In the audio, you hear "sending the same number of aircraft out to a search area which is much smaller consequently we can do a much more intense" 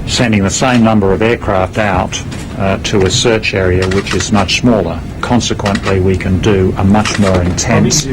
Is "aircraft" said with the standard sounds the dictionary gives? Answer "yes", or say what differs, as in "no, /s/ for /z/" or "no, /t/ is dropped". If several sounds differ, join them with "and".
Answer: yes